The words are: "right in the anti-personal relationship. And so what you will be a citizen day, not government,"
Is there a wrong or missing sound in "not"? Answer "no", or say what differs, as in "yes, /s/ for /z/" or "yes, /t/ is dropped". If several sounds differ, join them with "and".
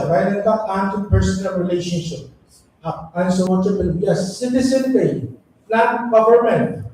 yes, /l/ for /n/